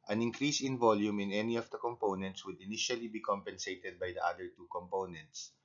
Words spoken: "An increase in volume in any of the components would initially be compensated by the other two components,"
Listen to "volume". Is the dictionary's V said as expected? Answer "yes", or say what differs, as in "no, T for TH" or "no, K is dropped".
yes